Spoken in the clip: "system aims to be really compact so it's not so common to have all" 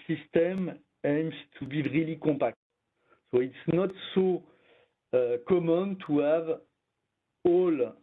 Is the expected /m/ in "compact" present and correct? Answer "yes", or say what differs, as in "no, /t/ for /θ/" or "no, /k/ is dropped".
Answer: no, /m/ is dropped